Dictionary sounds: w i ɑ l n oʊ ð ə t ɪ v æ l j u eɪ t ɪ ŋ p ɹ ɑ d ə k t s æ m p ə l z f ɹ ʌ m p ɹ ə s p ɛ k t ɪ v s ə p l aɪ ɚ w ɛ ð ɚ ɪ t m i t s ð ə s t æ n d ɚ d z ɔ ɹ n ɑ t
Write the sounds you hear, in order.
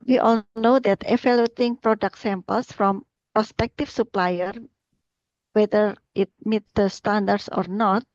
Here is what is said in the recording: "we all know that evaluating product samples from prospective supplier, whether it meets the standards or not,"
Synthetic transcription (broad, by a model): w i ɑ l n oʊ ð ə t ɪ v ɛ l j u t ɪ ŋ p ɹ ɑ d ə k t s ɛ m p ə l s f ɹ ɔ m p ɹ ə s p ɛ k t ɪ f s ə p l aɪ ɚ w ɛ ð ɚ ɪ t m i t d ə s t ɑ n d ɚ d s ɔ ɹ n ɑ t